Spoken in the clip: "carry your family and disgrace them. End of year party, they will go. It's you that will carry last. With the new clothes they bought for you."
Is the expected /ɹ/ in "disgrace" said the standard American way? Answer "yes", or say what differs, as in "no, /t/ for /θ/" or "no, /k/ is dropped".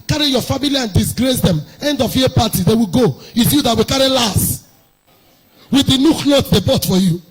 yes